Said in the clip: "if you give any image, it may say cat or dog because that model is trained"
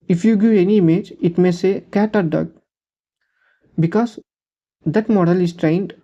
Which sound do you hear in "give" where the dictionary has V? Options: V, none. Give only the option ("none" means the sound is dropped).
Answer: none